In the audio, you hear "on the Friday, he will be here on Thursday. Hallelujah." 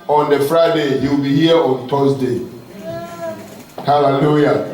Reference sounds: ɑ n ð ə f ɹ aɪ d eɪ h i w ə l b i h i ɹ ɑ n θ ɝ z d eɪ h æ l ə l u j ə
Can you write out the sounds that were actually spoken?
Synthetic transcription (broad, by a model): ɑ n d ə f ɹ aɪ d eɪ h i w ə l b i h i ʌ ɑ n t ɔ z d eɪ h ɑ l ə l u j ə